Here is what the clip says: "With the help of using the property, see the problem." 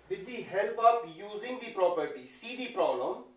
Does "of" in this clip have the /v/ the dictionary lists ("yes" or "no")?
no